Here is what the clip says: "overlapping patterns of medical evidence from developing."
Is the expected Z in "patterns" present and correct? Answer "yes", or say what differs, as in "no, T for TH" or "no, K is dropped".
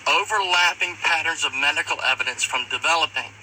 yes